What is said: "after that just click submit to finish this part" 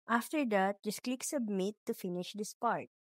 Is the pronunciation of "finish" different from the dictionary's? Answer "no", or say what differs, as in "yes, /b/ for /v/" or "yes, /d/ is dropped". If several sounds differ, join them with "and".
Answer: no